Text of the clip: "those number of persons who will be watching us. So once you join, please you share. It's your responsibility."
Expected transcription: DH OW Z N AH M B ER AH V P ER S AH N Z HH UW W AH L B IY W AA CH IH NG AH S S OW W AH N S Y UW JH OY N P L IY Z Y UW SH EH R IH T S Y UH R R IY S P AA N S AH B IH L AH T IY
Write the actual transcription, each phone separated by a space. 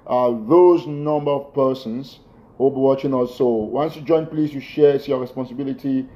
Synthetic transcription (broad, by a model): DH OW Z N AH M B ER AH V P ER S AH N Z HH UW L B IY W AA CH IH NG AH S S OW W AH N S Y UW JH OY N P L IY S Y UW SH EH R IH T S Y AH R R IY S P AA N S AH B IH L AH T IY